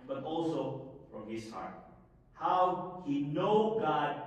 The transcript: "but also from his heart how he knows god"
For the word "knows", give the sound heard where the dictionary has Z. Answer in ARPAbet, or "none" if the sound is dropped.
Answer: none